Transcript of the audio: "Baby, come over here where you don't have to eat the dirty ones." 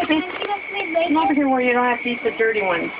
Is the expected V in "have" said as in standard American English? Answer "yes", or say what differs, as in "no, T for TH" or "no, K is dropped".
no, F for V